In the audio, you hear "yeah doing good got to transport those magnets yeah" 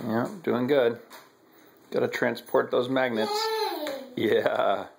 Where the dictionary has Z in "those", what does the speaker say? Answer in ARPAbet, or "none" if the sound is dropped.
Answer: Z